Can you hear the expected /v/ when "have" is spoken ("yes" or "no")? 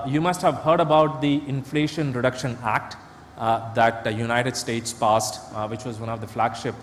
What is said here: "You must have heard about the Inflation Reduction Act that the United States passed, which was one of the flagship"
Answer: yes